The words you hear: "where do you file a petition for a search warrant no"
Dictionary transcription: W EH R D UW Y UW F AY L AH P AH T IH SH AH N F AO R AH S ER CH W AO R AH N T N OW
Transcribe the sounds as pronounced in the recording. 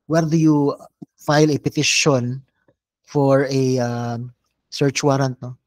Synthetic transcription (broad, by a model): W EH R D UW Y UW F AY L AH P AH T IH SH AH N F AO R AH S ER CH W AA R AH N T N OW